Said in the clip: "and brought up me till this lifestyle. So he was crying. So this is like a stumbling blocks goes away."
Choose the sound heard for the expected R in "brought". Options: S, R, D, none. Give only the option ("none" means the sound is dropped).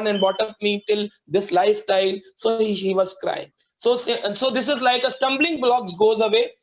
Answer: none